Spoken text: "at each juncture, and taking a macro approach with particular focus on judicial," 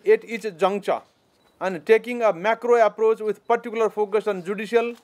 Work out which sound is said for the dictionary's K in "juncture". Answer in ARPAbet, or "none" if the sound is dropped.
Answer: none